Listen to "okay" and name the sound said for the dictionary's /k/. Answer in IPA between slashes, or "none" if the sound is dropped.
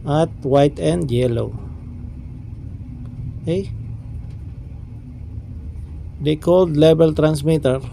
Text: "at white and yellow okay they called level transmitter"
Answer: none